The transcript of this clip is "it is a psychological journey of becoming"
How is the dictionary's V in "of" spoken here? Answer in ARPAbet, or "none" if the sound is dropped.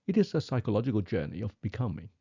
V